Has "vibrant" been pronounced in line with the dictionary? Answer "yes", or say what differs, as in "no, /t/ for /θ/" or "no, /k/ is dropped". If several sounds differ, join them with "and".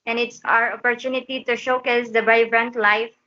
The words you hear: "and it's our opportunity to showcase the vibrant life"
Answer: no, /b/ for /v/